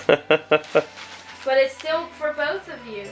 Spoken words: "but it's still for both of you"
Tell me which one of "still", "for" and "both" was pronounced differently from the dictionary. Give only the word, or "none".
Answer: none